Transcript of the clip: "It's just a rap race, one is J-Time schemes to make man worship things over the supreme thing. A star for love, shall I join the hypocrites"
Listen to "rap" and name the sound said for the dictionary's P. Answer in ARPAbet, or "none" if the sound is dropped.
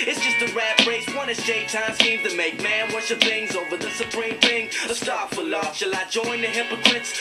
B